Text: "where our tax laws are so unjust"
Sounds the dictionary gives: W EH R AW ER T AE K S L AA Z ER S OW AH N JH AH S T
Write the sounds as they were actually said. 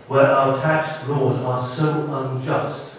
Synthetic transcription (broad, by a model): W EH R AW ER T AE K S L AA Z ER S OW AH N JH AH S T